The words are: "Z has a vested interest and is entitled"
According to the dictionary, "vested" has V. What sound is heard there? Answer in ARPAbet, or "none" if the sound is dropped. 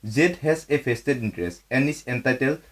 P